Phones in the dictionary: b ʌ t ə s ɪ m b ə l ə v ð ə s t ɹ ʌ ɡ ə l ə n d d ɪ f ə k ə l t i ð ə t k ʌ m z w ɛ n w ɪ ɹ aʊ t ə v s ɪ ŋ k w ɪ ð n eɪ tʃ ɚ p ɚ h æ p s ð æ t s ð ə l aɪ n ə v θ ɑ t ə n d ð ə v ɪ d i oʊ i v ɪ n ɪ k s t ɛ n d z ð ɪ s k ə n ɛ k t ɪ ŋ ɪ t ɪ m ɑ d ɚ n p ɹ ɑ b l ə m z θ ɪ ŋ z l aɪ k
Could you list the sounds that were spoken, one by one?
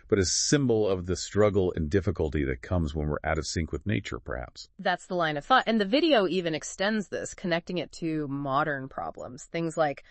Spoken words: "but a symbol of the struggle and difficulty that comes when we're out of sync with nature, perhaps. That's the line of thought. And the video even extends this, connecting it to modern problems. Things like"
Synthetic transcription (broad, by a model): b ʌ t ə s ɪ m b l ə v ð ə s t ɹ ʌ ɡ l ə n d d ɪ f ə k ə l t i ð ə t k ʌ m z w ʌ n w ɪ ɹ aʊ t ə v s ɪ ŋ k w ɪ ð n eɪ tʃ ɚ p ɚ h æ p s ð æ t s ð ə l aɪ n ə v θ ɑ t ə n ð ə v ɪ d i oʊ i v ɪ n ɪ k s t ɛ n d z ð ɪ s k ə n ɛ k t ɪ ŋ ɪ t ɪ m ɑ d ɚ n p ɹ ɑ b l ə m z θ ɪ ŋ z l aɪ k